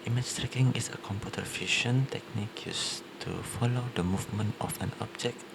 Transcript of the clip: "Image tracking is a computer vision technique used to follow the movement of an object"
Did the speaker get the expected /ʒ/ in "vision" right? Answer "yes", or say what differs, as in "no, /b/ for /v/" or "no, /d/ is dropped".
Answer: no, /ʃ/ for /ʒ/